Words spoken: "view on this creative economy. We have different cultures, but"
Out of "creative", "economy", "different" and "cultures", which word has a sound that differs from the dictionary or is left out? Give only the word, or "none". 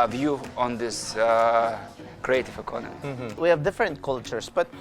cultures